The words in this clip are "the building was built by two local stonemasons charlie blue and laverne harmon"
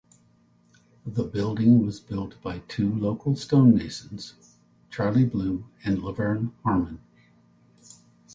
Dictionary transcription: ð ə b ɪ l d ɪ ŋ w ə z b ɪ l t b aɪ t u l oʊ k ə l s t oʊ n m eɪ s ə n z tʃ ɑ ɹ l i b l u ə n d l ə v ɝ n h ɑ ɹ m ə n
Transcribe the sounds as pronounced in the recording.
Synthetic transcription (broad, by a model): ð ə b ɪ l d ɪ ŋ w ə z b ɪ l t b aɪ t u l oʊ k l s t oʊ n eɪ ʃ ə n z tʃ ɑ ɹ l i b l u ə n l ə v ɝ n h ɑ ɹ m ə n